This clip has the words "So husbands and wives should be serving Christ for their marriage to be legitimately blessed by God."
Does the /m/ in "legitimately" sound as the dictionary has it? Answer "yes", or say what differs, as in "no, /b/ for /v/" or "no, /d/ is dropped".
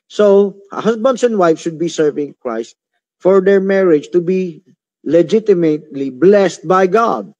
yes